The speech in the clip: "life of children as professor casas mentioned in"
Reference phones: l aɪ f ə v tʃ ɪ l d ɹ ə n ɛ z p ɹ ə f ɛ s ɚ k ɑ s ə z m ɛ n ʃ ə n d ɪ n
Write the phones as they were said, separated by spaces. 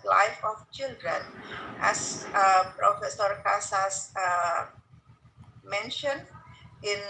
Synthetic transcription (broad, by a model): l aɪ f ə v tʃ ɪ l d ɹ ə n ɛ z p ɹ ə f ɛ s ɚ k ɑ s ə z m ɛ n ʃ ə n d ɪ n